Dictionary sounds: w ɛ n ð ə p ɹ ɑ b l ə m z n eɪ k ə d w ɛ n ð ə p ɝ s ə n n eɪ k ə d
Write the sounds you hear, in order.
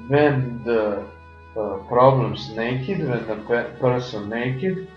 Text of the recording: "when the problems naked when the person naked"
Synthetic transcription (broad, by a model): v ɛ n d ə p ɹ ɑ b l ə m s n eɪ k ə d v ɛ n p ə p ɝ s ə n n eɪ k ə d